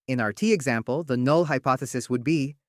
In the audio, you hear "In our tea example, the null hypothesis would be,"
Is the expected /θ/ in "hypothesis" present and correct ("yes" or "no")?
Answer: yes